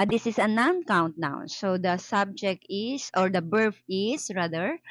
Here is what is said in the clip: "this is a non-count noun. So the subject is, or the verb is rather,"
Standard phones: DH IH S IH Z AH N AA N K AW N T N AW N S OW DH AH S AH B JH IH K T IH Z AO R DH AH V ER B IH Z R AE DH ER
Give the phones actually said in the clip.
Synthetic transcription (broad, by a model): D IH S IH S AH N AA N K AW N T N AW S OW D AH S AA B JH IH K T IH S AO R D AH B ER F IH S R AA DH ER